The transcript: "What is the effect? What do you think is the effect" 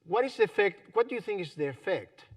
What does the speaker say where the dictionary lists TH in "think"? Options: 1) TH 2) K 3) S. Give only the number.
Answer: 1